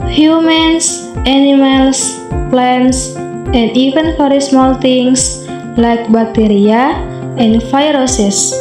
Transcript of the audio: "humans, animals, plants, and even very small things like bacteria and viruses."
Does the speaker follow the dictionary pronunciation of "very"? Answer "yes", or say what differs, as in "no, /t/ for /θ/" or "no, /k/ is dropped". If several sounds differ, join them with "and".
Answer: no, /f/ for /v/